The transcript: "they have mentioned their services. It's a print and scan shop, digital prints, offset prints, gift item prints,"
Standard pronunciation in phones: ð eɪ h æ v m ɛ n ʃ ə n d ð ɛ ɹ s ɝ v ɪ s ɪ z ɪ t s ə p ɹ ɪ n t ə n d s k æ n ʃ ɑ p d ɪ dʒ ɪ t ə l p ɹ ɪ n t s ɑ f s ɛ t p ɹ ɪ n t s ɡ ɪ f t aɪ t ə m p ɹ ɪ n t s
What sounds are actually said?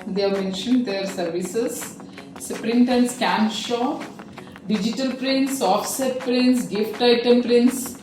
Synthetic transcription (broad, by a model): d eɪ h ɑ m ɛ n ʃ ə n d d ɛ ɹ s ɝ v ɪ s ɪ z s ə p ɹ ɪ n t ə n d s k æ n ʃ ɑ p d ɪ dʒ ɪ t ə l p ɹ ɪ n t s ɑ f s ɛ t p ɹ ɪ n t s ɡ ɪ f t aɪ t ə m p ɹ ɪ n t s